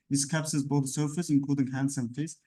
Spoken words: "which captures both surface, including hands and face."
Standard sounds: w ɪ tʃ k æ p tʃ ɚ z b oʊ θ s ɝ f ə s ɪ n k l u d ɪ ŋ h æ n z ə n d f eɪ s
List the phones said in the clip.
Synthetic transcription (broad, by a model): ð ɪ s k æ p s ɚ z b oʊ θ s ɝ f ə s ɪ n k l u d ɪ ŋ h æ n s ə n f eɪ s